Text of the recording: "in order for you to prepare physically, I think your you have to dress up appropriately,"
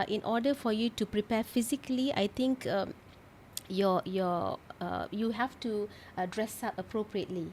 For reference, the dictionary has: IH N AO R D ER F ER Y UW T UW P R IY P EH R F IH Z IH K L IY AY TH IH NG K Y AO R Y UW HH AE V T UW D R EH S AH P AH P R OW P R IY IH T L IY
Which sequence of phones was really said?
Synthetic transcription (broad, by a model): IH N AO D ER F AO Y UW T UW P R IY P EH F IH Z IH K L IY AY T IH NG K Y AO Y Y UW HH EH F T UW D R EH S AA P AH P R OW P R IY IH T L IY